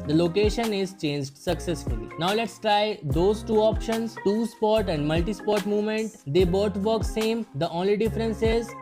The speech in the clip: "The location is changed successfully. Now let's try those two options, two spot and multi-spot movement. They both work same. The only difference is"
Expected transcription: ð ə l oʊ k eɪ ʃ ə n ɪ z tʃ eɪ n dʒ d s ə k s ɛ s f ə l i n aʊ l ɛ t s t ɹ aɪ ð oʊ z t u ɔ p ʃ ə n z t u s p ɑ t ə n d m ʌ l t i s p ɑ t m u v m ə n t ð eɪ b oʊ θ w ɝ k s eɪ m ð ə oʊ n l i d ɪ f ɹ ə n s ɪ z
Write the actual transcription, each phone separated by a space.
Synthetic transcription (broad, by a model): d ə l oʊ k eɪ ʃ ə n ɪ z tʃ eɪ n dʒ d s ə k s ɛ s f ə l i n aʊ l ɛ t s t ɹ aɪ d oʊ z t u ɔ p ʃ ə n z t u s p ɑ t ə n d m ʌ l t i s p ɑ t m u v m ə n t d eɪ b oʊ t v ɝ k s eɪ m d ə oʊ n l i d ɪ f ɹ ə n s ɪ z